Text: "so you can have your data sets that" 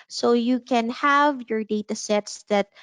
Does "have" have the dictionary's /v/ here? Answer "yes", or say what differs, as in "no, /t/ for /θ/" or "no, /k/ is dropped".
yes